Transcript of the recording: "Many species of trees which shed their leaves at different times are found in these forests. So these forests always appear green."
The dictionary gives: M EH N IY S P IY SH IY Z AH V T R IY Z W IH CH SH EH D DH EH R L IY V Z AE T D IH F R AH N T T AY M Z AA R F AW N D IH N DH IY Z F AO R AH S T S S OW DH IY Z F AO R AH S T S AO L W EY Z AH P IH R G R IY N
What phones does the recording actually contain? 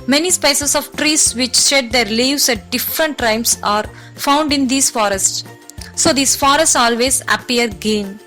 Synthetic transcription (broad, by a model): M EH N IY S P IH S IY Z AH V T R IY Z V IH CH SH EH D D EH R L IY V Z AE T D IH F R AH N T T AY M S AA R F AW N D IH N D IY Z F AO R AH S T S S OW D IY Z F AO R AH S T S AO L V EY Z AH P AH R G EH N